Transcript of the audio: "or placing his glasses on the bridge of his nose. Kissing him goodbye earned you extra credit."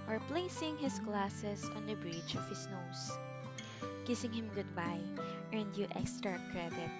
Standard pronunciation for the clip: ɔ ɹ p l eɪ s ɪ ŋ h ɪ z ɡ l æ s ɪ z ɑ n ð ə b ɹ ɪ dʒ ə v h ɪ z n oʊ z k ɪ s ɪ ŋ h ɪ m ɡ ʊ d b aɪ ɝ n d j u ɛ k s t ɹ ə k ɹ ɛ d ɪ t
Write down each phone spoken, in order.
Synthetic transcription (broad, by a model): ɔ ɹ p l eɪ s ɪ ŋ h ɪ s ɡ l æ s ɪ s ɑ n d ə b ɹ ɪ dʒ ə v h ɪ s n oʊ s k ɪ s ɪ ŋ h ɪ m ɡ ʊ d b aɪ ɝ n d j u ɛ k s t ɹ ə k ɹ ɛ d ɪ t